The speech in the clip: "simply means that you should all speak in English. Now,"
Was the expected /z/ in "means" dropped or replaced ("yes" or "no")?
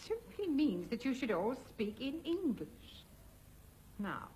no